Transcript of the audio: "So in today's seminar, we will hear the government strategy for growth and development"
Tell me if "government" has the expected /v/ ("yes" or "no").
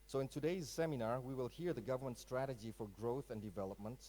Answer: yes